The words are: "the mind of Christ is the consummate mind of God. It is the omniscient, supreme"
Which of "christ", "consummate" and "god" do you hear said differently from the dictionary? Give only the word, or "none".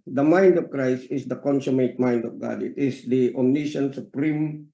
none